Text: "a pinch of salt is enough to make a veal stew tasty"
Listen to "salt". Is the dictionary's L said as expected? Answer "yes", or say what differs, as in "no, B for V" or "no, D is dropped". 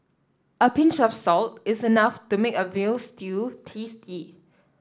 yes